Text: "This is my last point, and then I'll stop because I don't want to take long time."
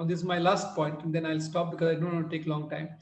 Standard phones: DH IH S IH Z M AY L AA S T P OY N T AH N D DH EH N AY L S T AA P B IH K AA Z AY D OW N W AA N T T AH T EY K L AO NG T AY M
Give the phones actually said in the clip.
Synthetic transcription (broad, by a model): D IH S IH Z M AY L AA S T P OY N T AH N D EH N AY L S T AA P B IH K AA Z AY D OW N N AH T EY K L AO NG T AY M